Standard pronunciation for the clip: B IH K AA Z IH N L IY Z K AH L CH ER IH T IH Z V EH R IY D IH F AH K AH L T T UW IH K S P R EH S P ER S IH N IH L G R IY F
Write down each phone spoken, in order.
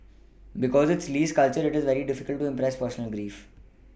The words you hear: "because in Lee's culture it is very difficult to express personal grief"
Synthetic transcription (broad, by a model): B IH K AA Z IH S L IY S K AH L CH ER IH T IH Z V EH R IY D IH F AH K AH L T T UW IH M P R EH S P ER S IH N IH L G R IY F